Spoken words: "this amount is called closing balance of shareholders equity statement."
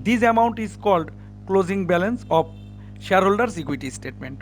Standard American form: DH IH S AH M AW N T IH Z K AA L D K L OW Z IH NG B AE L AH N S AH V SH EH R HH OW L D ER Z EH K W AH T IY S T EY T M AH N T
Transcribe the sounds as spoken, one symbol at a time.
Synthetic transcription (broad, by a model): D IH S AH M AW N T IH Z K AA L D K L OW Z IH NG B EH L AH N S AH P SH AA R HH OW L D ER S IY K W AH T IY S T EY T M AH N T